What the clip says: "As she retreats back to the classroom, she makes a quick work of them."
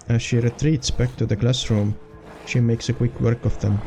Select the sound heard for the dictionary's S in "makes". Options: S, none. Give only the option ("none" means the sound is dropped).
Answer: S